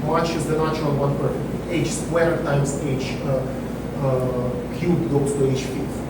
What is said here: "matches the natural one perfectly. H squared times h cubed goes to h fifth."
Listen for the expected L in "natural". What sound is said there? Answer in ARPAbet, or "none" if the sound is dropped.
N